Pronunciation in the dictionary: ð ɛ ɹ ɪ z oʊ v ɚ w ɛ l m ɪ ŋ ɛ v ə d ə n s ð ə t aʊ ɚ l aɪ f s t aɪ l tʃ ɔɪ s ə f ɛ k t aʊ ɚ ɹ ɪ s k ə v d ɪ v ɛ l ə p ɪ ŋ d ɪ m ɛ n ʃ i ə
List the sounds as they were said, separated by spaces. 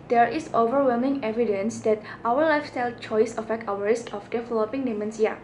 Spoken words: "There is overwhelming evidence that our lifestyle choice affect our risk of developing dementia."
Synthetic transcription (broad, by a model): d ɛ ɹ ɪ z oʊ v ɚ w ɛ l m ɪ ŋ ɛ v ə d ə n s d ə t aʊ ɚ l aɪ f s t aɪ l tʃ ɔɪ s ə f ɛ k t aʊ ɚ ɹ ɪ s k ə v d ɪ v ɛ l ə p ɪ ŋ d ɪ m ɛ n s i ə